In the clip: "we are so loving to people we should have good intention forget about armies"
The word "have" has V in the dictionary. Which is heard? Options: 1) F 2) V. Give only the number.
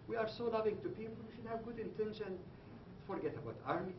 2